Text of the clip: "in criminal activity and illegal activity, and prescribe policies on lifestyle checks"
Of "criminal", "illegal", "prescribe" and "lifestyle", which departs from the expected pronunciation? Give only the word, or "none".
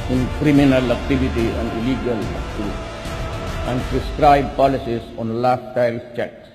lifestyle